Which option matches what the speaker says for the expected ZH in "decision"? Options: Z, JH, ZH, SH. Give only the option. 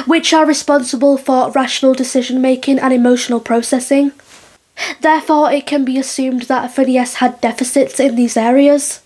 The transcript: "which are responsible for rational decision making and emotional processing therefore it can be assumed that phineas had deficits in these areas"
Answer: ZH